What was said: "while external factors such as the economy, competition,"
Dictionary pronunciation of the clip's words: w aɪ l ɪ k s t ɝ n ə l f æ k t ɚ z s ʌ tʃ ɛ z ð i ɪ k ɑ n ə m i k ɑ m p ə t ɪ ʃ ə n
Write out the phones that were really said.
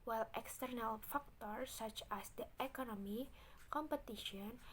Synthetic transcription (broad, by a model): w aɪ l ɪ k s t ɝ n ə l f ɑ k t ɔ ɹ s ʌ tʃ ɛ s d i ɪ k ɑ n ə m i k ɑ m p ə t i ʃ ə n